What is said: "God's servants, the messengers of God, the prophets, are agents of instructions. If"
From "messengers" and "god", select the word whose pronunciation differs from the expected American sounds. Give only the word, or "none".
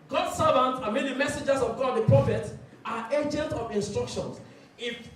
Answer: messengers